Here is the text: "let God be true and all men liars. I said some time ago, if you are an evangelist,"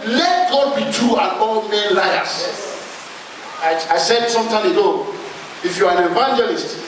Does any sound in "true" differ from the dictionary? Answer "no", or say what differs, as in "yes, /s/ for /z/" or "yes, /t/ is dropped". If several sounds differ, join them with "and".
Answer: yes, /ɹ/ is dropped